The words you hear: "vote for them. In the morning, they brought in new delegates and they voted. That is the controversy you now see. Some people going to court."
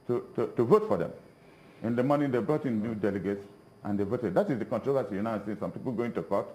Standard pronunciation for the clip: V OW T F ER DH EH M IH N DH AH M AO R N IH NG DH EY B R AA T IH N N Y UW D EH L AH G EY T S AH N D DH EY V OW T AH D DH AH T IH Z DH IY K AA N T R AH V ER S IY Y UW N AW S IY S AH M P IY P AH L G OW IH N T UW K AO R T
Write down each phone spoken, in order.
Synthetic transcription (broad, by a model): V OW T F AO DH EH M IH N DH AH M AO N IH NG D EY B R AA T IH N N Y UW D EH L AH G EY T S AH N D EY V OW T AH D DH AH T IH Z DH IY K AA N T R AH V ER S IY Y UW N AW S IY S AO M P IY P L G OW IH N T UW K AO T